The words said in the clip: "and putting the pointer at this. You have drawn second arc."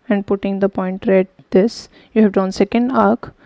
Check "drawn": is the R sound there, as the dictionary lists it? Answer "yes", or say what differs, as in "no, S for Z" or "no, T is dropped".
no, R is dropped